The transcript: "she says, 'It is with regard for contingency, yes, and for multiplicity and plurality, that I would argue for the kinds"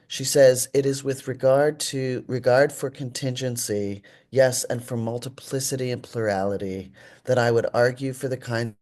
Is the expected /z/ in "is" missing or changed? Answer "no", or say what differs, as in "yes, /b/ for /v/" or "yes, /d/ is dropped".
no